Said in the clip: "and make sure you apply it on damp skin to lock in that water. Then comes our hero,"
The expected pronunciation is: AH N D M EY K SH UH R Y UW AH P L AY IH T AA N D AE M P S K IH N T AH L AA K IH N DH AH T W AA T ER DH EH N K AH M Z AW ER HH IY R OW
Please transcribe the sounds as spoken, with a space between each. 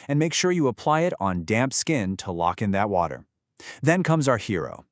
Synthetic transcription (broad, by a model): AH N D M EY K SH UH R Y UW AH P L AY IH T N D AE M P S K IH N T AH L AA K IH N DH AH T W AA T ER DH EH N K AH M Z AW ER HH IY R OW